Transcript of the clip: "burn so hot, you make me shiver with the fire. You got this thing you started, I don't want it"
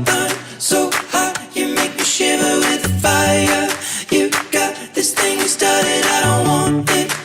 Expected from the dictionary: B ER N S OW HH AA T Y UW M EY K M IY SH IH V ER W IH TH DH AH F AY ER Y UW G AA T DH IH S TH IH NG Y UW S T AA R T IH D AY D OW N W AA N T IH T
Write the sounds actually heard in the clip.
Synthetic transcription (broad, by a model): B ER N S OW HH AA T Y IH M EY K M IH SH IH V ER W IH DH AH F AY ER Y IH G AA T DH IH S TH IH NG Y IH S T AA R T IH D AY D OW N W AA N IH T